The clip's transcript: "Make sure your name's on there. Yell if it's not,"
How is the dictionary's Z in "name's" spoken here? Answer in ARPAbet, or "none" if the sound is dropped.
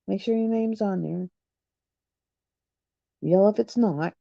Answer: Z